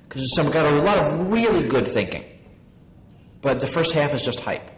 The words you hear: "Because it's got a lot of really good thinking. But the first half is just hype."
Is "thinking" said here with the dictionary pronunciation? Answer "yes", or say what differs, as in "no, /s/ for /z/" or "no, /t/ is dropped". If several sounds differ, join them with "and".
yes